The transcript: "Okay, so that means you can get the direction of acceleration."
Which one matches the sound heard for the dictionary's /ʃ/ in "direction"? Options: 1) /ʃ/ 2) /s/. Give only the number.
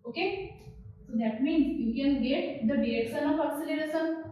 2